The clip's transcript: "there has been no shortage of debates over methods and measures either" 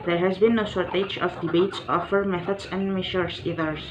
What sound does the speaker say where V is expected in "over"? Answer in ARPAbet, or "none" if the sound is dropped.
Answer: F